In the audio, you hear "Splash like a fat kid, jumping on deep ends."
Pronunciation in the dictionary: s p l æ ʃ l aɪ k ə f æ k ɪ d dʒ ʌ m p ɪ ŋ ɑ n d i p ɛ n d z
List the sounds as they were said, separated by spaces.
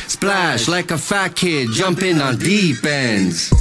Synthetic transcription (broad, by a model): s p l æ ʃ l aɪ k ə f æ k ɪ d dʒ ʌ m p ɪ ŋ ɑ n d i b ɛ n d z